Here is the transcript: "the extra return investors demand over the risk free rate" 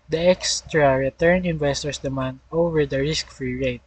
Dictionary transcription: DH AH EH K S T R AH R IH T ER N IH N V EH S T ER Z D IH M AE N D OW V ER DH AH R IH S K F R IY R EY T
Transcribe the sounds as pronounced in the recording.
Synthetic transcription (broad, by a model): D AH EH K S T R AH R IH T ER N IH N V EH S T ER S D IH M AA N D OW V ER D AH R IH S K F R IY R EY T